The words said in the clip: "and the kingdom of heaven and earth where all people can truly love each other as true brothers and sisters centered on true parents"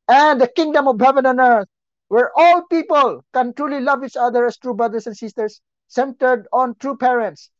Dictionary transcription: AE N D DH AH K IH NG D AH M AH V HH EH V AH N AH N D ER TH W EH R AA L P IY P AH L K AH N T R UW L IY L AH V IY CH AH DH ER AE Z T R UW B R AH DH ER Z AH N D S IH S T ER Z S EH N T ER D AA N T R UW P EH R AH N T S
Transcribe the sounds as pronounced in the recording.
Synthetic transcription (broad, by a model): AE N D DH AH K IH NG D AH M AH V HH EH V AH N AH N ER T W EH R AA L P IY P AH L K AH N T R UW L IY L AH V IY CH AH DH ER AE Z T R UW B R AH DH ER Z AH N D S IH S T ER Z S EH N T ER D AA N T R UW P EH R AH N T S